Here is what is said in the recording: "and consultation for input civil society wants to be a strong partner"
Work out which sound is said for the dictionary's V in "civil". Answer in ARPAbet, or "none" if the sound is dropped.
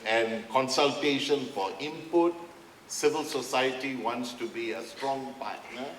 V